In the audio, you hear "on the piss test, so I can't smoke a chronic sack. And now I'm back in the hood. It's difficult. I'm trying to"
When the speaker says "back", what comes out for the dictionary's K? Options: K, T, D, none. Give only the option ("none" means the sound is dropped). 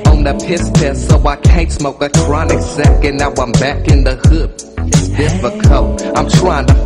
K